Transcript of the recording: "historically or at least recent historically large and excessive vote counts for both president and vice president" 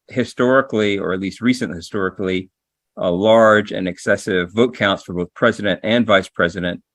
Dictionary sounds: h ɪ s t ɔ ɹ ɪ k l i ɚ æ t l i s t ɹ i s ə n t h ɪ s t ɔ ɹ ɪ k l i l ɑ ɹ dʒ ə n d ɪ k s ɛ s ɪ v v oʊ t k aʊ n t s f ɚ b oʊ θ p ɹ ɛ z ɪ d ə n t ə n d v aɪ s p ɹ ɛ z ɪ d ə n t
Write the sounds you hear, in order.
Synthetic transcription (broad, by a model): h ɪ s t ɔ ɹ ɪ k l i ɚ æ t l i s t ɹ i s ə n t h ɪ s t ɔ ɹ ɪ k l i l ɑ ɹ dʒ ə n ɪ k s ɛ s ɪ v v oʊ t k aʊ n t s f ɚ b oʊ θ p ɹ ɛ z ɪ d ə n t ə n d v aɪ s p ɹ ɛ z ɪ d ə n t